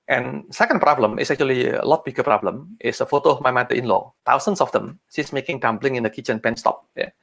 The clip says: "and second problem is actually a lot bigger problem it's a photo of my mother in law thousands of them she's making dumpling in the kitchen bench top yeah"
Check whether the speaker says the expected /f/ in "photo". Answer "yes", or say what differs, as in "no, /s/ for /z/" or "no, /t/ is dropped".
yes